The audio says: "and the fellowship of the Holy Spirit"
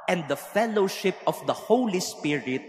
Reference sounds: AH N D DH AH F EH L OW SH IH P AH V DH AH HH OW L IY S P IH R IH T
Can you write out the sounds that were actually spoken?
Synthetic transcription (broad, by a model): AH N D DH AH F EH L OW SH IH P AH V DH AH HH OW L IY S P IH R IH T